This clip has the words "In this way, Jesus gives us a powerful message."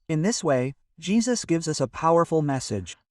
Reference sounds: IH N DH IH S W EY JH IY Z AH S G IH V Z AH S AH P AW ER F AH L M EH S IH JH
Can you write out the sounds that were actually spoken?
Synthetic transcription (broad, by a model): IH N DH IH S W EY JH IY Z AH S G IH V Z AH S AH P AW ER F L M EH S IH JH